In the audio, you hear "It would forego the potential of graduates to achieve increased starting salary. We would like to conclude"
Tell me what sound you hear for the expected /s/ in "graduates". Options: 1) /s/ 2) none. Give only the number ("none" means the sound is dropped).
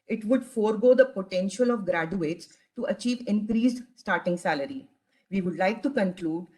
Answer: 1